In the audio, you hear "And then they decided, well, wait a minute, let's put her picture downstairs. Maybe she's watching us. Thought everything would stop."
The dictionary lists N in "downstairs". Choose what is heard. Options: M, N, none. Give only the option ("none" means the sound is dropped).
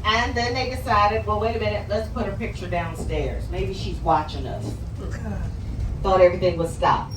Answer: N